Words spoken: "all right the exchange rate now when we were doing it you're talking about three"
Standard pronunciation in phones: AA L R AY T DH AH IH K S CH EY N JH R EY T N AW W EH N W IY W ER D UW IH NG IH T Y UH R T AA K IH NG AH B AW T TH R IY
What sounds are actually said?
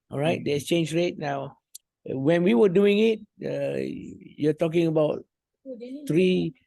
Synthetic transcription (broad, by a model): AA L R AY T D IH S CH EY N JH R EY T N AW W EH N W IY W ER D UW IH NG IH T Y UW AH T AA K IH NG AH B AW T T R IY